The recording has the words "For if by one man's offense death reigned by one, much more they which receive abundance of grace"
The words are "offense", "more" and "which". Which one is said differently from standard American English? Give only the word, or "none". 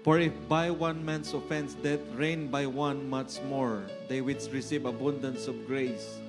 which